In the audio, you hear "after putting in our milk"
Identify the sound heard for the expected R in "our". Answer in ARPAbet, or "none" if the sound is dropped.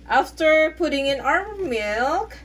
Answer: R